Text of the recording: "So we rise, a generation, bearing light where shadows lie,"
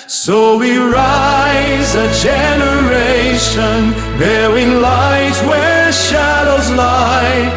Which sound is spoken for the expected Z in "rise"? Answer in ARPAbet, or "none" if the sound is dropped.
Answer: Z